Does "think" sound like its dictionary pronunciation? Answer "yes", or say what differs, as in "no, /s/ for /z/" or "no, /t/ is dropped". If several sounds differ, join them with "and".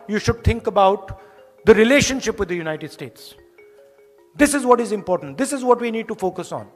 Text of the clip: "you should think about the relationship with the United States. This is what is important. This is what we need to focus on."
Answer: no, /t/ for /θ/